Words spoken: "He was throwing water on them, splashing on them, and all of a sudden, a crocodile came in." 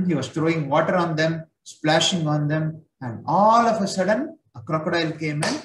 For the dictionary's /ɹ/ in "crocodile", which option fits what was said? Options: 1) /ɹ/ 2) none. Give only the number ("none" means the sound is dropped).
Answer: 1